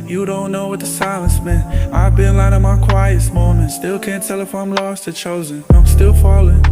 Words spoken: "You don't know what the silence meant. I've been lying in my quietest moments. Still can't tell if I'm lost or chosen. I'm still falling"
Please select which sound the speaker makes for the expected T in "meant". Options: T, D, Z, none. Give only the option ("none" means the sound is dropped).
none